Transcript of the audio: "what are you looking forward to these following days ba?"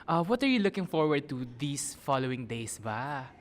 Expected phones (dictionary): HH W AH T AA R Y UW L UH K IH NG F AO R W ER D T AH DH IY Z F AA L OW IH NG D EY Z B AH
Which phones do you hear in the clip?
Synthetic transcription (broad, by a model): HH W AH T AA R Y UW L UH K IH NG F AO R W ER D T AH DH IY S F AA L OW IH NG D EY S B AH